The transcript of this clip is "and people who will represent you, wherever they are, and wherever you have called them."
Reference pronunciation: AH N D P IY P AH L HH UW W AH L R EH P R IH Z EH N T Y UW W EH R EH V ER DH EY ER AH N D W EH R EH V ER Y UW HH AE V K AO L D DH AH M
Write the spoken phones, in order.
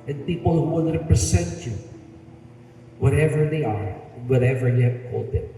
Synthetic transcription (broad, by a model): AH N P IY P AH L HH UW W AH N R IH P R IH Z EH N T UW W EH R EH V ER DH EY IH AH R W EH R EH V ER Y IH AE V K AO L D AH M